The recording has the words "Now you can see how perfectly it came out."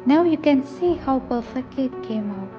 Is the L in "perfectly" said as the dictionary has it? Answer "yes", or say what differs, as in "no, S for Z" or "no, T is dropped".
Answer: no, L is dropped